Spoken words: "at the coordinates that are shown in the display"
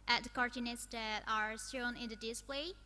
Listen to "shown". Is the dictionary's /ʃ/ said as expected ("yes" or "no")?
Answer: no